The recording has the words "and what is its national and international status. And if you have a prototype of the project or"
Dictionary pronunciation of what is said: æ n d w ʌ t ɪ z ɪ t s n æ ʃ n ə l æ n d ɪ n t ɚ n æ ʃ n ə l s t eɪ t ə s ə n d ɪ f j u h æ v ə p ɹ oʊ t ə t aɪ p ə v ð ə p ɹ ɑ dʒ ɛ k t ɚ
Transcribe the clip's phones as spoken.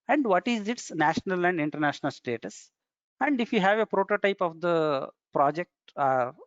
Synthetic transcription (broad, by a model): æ n d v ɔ t ɪ z ɪ t s n æ ʃ n ə l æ n d ɪ n t ɚ n æ ʃ n ə l s t eɪ t ə s ə n d ɪ f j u h æ v ə p ɹ oʊ t ə t aɪ p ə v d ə p ɹ ɑ dʒ ɛ k t